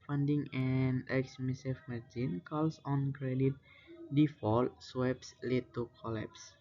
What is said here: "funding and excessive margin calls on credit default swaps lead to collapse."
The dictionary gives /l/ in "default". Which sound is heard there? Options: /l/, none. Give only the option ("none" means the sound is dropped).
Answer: /l/